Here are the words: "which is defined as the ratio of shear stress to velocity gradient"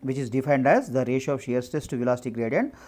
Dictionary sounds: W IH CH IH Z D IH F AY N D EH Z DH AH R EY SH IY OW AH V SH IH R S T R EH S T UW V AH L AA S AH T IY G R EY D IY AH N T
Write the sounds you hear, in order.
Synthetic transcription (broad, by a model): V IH CH IH Z D IH F AY N D EH Z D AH R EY SH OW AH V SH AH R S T EH S T UW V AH L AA S T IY G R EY D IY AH N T